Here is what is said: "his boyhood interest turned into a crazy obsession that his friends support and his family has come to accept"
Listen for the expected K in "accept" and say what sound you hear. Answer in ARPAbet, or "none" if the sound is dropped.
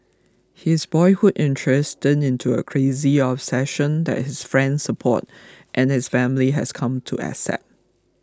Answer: none